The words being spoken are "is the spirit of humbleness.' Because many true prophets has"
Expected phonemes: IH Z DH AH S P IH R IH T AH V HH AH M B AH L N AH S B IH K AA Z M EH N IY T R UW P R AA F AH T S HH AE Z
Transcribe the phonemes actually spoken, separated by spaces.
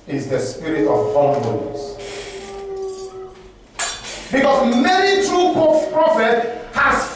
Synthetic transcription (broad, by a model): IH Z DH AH S P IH R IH T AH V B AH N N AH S B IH K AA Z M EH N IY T R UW P R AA F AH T HH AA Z